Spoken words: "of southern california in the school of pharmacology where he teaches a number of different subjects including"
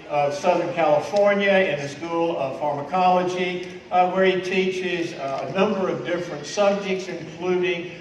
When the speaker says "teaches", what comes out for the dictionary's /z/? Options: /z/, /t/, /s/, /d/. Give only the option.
/z/